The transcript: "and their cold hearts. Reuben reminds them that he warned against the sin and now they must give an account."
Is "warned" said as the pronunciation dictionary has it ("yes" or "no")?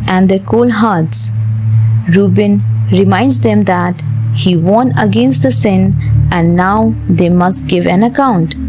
no